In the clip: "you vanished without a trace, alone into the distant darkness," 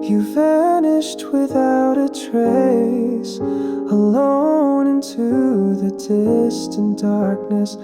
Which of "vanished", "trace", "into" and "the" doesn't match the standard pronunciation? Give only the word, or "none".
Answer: vanished